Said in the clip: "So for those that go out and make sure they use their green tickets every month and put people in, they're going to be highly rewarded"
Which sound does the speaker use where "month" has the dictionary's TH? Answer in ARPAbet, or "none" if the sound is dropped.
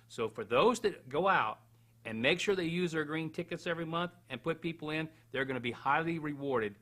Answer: TH